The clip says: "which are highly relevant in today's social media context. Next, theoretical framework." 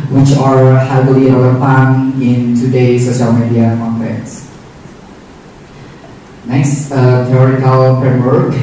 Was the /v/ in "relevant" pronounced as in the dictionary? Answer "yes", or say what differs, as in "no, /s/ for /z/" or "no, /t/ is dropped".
no, /p/ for /v/